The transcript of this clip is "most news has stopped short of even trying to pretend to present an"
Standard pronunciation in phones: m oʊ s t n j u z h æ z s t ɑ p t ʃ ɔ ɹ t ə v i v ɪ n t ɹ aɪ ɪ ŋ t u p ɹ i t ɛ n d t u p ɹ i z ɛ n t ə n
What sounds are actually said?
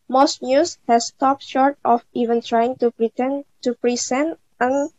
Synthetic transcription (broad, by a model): m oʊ s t n j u s h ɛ s t ɑ p t ʃ ɔ ɹ t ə f i v ɪ n t ɹ aɪ ɪ ŋ t u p ɹ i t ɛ n t u p ɹ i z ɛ n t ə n